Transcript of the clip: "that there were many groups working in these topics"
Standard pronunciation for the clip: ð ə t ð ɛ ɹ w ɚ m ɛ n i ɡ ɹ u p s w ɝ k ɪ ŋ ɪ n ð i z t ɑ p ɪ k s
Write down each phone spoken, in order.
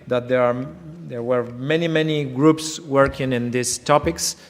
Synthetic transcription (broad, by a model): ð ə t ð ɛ ɹ w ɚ m ɛ n i ɡ ɹ u p s w ɝ k ɪ ŋ ɪ n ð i s t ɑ p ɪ k s